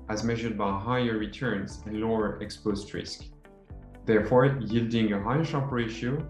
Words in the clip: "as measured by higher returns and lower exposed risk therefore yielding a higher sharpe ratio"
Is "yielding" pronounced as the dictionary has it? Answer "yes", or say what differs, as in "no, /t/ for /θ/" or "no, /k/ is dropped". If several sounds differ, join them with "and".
yes